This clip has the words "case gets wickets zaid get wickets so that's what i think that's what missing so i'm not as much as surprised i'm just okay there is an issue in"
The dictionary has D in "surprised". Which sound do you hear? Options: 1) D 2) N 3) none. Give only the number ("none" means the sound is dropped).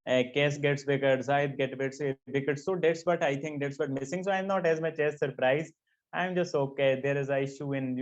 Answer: 3